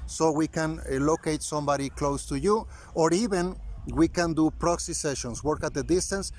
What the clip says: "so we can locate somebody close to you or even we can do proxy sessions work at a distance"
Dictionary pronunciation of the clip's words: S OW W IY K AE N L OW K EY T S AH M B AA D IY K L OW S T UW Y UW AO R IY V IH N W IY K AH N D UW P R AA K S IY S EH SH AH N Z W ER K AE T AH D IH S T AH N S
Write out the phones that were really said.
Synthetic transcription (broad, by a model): S OW W IY K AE N L OW K EY T S AH M B AA D IY K L OW S T UW Y UW AO R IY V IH N W IY K AH N D UW P R AA K S IY S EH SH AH N S W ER K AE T AH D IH S T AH N S